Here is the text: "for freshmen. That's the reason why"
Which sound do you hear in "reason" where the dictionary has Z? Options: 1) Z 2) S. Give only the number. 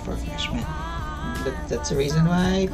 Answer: 1